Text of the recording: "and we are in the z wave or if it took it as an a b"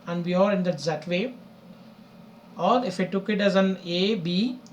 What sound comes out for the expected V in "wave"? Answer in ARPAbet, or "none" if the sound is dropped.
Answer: none